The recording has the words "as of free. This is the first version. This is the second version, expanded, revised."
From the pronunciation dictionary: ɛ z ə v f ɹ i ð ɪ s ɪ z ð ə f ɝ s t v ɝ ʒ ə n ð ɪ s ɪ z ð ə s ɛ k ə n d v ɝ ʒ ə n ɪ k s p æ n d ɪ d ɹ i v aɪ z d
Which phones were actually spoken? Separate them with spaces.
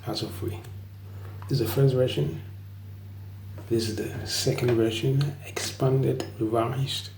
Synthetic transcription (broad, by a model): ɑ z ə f u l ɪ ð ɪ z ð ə f ɝ s t v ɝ ʃ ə n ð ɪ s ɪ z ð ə s ɛ k ə n d v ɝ ʃ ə n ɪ k s p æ n d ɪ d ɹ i v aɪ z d